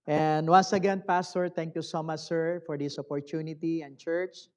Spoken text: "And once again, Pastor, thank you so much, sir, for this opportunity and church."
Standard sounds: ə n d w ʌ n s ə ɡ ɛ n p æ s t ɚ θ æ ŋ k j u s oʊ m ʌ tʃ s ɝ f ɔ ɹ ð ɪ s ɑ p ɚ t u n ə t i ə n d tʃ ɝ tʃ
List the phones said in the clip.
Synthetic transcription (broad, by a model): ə n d w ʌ n s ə ɡ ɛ n p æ s t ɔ t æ ŋ k j u s oʊ m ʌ tʃ s ɝ f ɔ ɹ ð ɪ s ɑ p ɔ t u n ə t i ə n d tʃ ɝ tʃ